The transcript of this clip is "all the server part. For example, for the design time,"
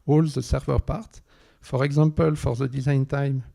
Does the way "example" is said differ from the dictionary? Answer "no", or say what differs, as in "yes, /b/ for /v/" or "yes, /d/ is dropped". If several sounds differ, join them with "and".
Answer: yes, /m/ is dropped